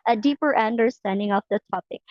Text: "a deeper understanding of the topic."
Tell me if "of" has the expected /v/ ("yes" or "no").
no